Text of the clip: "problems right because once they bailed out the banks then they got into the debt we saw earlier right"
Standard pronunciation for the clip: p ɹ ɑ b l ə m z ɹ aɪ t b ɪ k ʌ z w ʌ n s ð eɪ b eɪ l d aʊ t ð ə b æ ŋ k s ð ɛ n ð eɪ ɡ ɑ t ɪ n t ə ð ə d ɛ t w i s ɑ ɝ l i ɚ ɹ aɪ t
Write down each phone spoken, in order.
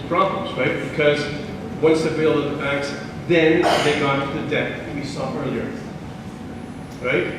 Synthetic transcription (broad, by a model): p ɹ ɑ b l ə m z ɹ aɪ t b ɪ k ʌ z w ʌ n s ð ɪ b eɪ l ʌ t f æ k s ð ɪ n ð eɪ ɡ ɑ t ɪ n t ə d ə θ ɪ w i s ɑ ɝ l i ɚ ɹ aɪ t